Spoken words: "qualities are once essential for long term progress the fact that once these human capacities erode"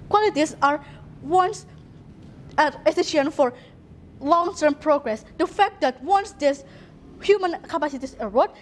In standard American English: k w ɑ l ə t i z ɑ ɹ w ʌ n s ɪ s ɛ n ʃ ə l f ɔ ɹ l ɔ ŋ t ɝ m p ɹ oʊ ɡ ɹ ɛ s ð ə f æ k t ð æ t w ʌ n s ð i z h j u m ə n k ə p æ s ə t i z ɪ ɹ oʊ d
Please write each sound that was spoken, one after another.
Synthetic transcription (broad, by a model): k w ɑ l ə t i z ɑ ɹ w ʌ n s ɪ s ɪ ʃ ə n f ɔ ɹ l ɔ ŋ t ɝ m p ɹ oʊ ɡ ɹ ɛ s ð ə f æ k t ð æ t w ʌ n s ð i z h j u m ə n k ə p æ s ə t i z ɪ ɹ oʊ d